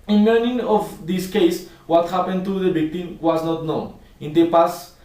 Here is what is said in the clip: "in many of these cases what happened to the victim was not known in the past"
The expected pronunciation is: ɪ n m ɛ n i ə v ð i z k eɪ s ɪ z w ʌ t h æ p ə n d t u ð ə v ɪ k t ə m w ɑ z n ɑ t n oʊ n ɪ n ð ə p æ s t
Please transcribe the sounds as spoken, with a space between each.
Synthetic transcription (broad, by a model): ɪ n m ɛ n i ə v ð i s k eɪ ɪ s w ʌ t h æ p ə n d t u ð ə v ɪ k t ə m w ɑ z n ɑ t n oʊ n ɪ n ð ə p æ s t